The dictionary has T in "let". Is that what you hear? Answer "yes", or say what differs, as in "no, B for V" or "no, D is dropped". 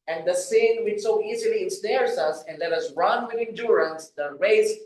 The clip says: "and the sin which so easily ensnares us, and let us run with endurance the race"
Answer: yes